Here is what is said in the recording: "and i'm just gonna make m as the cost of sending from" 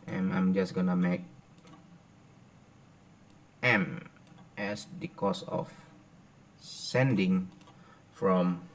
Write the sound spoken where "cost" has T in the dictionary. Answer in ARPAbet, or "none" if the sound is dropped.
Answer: none